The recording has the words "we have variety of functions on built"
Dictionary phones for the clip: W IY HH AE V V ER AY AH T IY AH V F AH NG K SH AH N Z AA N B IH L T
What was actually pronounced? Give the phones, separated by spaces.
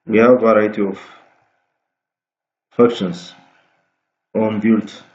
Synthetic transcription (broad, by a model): W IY HH AE V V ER AY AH T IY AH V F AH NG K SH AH N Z AA N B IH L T